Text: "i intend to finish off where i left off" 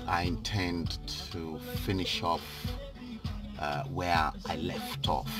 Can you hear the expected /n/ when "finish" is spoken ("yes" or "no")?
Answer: yes